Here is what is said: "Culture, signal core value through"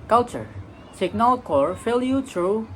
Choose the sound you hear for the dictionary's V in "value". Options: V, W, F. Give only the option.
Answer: F